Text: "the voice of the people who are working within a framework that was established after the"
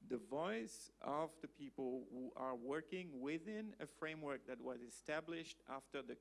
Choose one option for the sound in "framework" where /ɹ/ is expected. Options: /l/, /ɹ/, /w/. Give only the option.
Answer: /ɹ/